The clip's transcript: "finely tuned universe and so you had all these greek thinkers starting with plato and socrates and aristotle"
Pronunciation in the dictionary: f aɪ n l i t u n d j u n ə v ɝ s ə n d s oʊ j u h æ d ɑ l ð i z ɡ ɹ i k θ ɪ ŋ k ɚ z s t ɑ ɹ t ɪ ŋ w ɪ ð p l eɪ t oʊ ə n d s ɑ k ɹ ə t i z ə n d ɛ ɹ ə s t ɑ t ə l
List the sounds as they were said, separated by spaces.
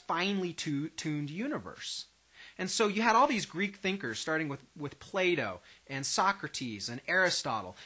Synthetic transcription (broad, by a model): f aɪ n l i t u n d j u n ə v ɝ s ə n s oʊ j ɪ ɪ d ɑ l ð i z ɡ ɹ i k θ ɪ ŋ k ɚ z s t ɑ ɹ t ɪ ŋ w ɪ ð p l eɪ t oʊ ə n s ɑ k ɹ ə t i z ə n ɛ ɹ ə s t ɑ t l